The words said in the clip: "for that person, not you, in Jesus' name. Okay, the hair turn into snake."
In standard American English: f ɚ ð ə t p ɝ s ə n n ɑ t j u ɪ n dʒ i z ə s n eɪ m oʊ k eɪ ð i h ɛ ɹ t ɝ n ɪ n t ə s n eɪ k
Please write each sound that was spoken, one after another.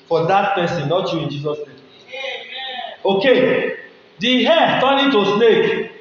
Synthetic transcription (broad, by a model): f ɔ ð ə t p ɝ s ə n n ɑ t j u ɪ n dʒ i z ə s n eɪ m oʊ k eɪ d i h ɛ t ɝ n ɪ t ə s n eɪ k